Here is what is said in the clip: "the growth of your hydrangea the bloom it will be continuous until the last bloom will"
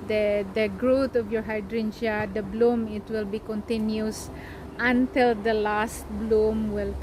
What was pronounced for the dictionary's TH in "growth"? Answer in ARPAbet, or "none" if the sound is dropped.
T